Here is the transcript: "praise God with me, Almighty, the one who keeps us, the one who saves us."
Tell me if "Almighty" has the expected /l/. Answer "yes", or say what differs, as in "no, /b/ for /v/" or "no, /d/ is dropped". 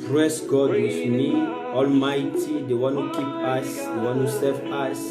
yes